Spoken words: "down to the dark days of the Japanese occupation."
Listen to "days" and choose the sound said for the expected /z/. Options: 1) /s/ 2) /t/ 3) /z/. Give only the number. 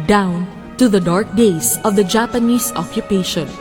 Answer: 1